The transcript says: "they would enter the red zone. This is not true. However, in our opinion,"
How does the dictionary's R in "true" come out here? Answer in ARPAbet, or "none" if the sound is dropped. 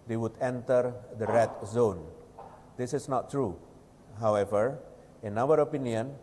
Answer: R